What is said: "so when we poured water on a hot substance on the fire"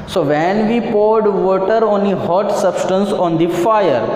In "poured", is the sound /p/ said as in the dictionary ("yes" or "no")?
yes